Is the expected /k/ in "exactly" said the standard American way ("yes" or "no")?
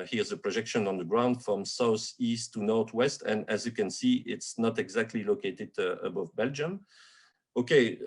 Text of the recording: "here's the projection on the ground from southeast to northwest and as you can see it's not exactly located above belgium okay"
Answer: yes